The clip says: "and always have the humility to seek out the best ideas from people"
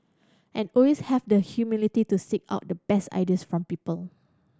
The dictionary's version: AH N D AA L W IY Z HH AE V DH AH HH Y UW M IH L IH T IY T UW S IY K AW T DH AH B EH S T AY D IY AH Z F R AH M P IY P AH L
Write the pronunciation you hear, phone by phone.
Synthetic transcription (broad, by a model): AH N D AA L W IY S HH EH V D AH HH Y UW M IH L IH T IY T UW S IY K AW T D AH B EH S T AY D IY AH S F R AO M P IY P AH L